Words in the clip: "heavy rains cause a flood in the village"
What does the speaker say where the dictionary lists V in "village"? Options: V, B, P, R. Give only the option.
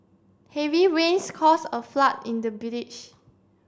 B